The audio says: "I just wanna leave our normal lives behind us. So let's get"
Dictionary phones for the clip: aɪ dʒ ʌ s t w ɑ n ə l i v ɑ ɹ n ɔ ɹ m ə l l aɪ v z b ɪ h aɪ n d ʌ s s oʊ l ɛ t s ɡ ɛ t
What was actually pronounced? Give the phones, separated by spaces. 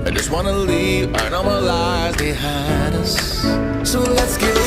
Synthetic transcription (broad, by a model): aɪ dʒ ʌ s t w ɑ n ə l i v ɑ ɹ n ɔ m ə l l aɪ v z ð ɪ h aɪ d ʌ s s oʊ l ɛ t s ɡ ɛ